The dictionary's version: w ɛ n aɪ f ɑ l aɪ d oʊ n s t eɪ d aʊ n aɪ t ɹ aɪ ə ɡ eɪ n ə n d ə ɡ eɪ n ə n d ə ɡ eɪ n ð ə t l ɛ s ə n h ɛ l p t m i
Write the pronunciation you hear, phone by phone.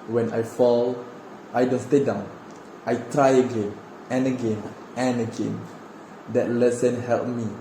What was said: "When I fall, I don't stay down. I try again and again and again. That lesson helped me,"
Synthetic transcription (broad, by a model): w ɛ n aɪ f ɑ l aɪ d oʊ n s t eɪ d aʊ n aɪ t ɹ aɪ ə ɡ eɪ n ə n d ə ɡ eɪ n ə n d ə ɡ eɪ n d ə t l ɛ s ə n h ɛ l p m i